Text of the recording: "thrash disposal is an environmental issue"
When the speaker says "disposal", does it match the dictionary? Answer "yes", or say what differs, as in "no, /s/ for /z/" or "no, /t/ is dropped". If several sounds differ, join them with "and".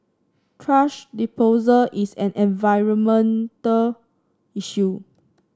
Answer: no, /s/ is dropped